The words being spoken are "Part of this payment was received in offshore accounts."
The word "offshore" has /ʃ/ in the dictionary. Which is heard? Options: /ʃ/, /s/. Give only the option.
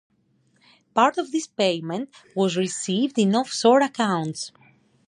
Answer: /s/